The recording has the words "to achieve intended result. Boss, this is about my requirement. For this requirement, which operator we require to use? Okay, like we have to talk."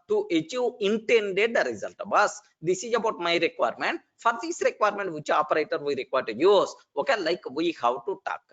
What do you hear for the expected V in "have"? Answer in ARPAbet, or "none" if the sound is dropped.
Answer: W